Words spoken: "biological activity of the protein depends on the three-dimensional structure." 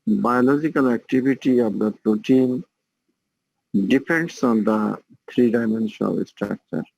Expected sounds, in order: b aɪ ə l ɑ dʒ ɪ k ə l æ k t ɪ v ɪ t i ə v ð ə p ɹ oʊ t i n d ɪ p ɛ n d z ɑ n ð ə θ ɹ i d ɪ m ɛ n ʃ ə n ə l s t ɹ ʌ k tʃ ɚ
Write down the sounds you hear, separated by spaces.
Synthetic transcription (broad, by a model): b aɪ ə l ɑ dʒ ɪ k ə l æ k t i b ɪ t i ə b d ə p ɹ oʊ t i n d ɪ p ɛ n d s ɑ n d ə t ɹ i d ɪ m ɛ n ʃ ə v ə s t ɹ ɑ k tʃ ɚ